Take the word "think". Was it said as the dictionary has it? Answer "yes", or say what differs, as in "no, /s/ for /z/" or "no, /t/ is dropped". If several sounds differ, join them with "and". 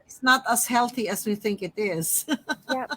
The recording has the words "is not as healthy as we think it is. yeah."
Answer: yes